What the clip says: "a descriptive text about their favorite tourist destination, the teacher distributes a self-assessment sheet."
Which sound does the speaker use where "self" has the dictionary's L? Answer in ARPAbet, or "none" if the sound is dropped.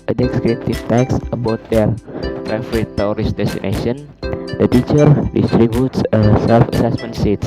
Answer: L